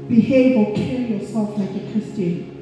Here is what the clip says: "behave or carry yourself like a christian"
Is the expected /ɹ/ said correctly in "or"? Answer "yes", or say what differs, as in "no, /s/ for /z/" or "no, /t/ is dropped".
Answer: no, /l/ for /ɹ/